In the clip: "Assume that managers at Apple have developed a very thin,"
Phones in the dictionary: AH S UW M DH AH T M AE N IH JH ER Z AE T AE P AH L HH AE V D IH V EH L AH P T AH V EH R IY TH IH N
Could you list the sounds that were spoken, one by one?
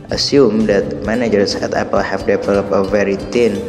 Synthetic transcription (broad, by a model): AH S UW M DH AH T M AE N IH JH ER S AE T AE P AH L HH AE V D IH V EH L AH P AH V EH R IY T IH N